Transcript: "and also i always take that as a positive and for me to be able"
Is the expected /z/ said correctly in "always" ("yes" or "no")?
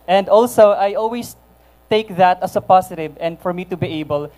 no